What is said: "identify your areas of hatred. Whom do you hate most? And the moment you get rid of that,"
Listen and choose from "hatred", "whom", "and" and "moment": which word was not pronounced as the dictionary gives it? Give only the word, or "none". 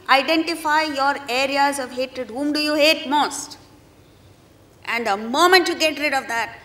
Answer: none